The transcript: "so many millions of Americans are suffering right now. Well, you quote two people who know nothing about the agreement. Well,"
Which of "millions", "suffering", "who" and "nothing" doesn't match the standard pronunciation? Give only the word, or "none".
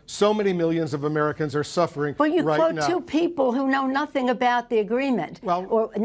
none